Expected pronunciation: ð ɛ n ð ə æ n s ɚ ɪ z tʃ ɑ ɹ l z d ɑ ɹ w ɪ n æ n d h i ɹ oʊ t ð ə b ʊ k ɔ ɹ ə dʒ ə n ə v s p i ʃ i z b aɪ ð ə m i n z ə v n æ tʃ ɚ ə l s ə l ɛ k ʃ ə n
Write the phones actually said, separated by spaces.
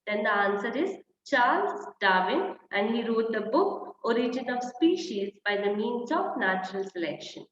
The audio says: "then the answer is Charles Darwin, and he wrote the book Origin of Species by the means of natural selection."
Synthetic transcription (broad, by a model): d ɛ n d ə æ n s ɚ ɪ z tʃ ɑ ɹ l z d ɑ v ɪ n æ n d h i ɹ oʊ t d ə b ʊ k ɔ ɹ ə dʒ ə n ə v s p i ʃ i z b aɪ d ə m i n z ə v n æ tʃ ɚ ə l s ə l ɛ k ʃ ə n